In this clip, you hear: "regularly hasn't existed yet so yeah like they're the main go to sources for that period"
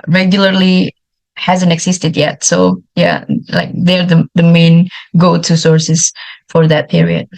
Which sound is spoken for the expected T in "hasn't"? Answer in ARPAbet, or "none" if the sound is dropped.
T